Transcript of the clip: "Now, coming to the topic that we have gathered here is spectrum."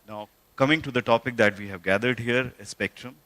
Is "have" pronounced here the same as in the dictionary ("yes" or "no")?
yes